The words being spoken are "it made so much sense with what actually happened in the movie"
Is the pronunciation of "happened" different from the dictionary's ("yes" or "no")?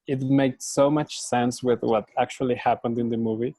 no